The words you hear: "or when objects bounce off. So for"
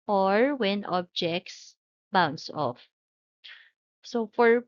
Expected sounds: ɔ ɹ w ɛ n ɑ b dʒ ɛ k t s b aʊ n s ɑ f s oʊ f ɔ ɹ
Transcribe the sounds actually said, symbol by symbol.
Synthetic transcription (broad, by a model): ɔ ɹ w ɛ n ɑ b dʒ ɛ k t s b aʊ n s ɑ f s oʊ f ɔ ɹ